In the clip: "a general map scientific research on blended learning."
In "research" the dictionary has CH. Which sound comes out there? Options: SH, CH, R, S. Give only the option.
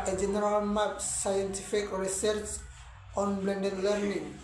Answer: S